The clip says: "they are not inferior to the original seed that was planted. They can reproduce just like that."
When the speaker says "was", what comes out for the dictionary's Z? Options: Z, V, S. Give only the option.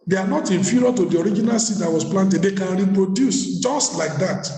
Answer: S